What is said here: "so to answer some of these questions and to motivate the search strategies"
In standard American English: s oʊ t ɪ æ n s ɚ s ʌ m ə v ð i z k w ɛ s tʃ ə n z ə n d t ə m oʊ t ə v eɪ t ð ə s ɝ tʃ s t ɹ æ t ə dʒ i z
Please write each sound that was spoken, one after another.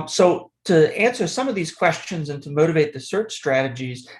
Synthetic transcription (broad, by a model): s oʊ t ɪ æ n s ɚ s ʌ m ə v ð i z k w ɛ s tʃ ə n z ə n t ə m oʊ t ə v eɪ t ð ə s ɝ tʃ s t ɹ æ t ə dʒ i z